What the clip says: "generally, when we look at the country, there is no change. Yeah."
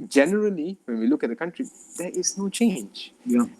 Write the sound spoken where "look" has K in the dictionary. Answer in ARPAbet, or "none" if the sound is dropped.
K